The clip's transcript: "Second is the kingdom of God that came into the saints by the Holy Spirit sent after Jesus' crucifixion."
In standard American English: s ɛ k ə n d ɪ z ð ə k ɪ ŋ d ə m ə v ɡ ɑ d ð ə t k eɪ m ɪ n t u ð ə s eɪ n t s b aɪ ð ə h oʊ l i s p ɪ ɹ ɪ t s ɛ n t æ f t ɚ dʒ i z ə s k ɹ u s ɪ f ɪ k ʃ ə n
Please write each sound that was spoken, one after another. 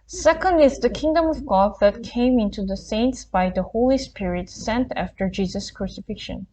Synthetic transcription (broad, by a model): s ɛ k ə n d ɪ z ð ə k ɪ ŋ d ə m ə v ɡ ɑ d ð ə t k eɪ m ɪ n t u ð ə s eɪ n t s b aɪ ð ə h oʊ l i s p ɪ ɹ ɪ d s ɛ n t æ f t ɚ dʒ i z ə s k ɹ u s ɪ f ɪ k ʃ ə n